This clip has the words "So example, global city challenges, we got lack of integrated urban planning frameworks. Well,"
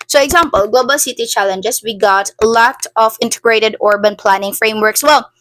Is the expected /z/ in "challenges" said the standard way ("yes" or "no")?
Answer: no